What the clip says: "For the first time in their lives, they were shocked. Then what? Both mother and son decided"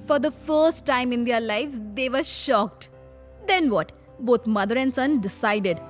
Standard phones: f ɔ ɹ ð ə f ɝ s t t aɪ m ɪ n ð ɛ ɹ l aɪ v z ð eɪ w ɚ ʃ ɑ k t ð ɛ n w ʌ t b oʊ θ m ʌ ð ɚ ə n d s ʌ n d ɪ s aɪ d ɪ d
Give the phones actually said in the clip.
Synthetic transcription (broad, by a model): f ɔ ɹ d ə f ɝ s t t aɪ m ɪ n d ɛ ɹ l aɪ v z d eɪ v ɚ ʃ ɑ k t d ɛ n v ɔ t b oʊ t m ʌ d ɚ ə n d s ʌ n d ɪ s aɪ d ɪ d